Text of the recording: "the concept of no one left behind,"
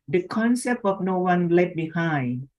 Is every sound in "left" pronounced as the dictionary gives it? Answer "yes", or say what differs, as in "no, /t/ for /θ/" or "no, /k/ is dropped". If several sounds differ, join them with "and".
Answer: no, /f/ is dropped